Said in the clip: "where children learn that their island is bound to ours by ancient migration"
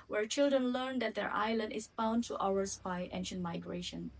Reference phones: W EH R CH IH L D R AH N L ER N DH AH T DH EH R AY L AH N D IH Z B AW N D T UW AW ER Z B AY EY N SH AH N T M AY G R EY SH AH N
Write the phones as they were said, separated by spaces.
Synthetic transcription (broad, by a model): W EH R CH IH L D R AH N L ER N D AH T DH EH R AY L AH N D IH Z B AW N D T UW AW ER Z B AY EY N SH AH N T M AY G R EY SH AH N